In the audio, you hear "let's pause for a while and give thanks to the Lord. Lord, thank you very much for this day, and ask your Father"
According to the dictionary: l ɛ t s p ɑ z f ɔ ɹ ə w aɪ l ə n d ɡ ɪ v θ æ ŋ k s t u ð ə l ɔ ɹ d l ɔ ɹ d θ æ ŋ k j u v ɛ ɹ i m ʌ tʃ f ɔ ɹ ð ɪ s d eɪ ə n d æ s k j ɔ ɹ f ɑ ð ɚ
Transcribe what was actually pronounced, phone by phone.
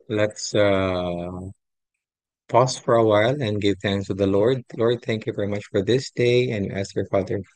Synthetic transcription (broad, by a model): l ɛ t s p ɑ s f ɔ ɹ ə w aɪ l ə n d ɡ ɪ v θ æ ŋ k s t u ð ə l ɔ ɹ d l ɔ ɹ d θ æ ŋ k j u v ɛ ɹ i m ʌ tʃ f ɔ ɹ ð ɪ s d eɪ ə n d æ s k j ɔ ɹ f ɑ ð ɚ